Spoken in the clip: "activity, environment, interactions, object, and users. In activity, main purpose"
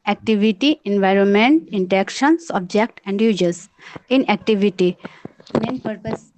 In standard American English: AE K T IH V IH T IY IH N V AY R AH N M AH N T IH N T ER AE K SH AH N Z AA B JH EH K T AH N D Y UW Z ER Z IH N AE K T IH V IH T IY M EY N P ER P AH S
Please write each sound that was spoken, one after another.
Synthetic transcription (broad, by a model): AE K T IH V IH T IY IH N V AY R AH N M AH N T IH N T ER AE K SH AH N S AA B JH EH K T AH N D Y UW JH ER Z IH N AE K T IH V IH T IY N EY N P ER P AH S